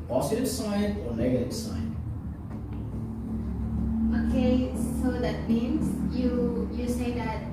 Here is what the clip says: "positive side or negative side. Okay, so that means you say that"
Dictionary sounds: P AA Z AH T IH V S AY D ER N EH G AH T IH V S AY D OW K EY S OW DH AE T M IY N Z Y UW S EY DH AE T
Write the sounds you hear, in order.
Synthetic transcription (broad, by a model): P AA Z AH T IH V S AY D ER N EH G AH T IH V S AY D OW K EY S OW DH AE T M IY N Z Y UW S EY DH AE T